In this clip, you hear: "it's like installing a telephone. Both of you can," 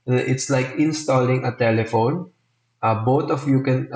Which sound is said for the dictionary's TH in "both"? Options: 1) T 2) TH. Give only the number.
1